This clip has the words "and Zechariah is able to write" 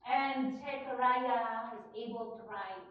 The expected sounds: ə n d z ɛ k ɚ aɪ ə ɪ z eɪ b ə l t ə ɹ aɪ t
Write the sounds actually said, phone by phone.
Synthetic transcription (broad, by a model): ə n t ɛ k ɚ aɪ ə ɪ z eɪ b ə l t ə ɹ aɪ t